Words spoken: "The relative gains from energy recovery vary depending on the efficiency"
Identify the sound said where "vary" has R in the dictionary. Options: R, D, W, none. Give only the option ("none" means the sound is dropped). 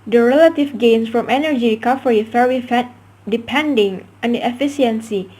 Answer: W